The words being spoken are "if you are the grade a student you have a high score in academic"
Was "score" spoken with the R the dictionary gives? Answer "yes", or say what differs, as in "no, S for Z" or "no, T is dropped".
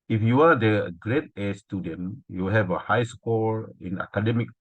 no, L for R